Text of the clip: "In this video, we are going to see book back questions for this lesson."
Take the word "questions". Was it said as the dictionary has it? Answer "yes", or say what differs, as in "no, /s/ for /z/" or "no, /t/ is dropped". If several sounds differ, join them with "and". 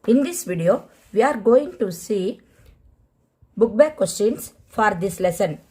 no, /s/ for /z/